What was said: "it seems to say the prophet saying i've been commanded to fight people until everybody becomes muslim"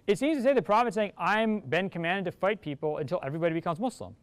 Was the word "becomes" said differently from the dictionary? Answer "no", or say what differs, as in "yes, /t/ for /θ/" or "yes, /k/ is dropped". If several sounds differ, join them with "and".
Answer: no